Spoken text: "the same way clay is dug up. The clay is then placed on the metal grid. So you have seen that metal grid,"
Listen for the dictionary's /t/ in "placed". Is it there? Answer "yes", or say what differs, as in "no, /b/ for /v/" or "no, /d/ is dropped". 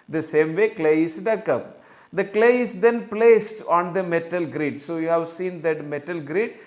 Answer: yes